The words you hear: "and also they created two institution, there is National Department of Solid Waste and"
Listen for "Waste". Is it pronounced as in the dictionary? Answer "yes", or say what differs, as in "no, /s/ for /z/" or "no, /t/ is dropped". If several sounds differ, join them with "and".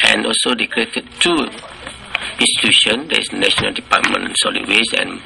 no, /t/ is dropped